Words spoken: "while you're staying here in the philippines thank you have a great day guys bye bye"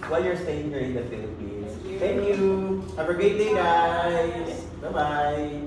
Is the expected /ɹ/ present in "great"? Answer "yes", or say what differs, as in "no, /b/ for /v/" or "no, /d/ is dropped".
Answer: no, /ɹ/ is dropped